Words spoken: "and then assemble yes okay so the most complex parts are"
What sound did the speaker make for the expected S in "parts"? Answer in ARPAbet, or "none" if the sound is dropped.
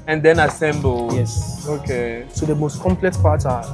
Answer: none